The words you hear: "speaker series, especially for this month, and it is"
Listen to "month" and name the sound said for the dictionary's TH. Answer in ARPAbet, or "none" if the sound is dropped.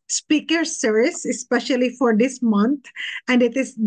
T